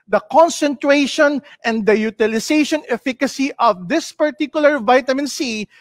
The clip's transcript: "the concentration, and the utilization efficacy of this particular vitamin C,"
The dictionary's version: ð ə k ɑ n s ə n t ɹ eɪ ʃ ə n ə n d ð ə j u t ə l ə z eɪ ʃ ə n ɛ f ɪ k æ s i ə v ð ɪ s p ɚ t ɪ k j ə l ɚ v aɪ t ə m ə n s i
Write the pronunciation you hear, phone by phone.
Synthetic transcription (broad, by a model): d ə k ɑ n s ə n t ɹ eɪ ʃ ə n ə n d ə j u t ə l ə s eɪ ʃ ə n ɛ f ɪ k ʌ s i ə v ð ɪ s p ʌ t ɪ k j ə l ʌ v aɪ t ə m ə n s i